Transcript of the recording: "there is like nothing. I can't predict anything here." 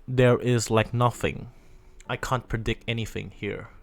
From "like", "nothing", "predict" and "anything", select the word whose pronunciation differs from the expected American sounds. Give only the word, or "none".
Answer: none